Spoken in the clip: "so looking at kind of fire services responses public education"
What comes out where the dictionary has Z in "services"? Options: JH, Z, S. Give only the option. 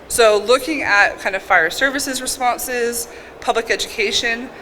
Z